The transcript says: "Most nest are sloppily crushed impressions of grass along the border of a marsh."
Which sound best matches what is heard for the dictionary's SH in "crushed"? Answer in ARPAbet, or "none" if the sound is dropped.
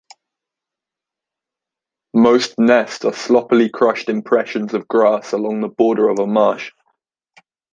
SH